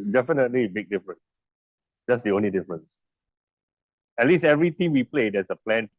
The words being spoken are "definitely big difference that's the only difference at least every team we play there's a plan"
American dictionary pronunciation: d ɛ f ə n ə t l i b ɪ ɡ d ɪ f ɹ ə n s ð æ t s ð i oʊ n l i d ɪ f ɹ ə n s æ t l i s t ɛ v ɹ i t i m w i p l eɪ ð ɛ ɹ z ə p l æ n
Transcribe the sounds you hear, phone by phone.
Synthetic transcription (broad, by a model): d ɛ f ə n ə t l i b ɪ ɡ d ɪ f ɹ ə n s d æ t s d i oʊ n l i d ɪ f ɹ ə n s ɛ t l i s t ɛ v ɹ i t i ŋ w i p l eɪ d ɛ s ə p l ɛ n